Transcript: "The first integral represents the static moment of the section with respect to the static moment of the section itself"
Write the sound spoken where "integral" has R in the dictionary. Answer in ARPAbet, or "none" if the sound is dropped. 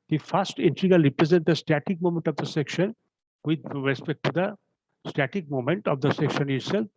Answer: none